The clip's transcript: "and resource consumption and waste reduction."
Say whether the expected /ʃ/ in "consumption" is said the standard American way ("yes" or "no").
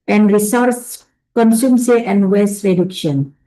no